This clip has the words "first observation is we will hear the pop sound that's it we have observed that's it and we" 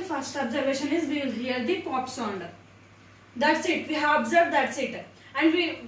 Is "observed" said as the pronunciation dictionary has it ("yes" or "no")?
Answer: yes